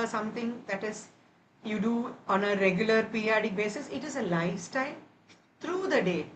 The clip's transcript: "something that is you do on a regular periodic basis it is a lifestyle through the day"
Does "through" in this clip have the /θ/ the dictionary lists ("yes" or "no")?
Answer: no